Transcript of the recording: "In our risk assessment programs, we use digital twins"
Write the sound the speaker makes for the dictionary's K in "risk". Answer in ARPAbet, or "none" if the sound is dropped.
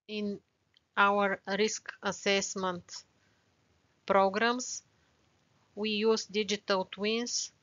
K